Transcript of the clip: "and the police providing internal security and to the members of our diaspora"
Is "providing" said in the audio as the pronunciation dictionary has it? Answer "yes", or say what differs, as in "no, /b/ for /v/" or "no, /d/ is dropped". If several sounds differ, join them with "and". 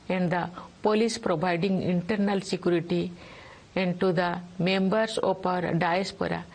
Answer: no, /b/ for /v/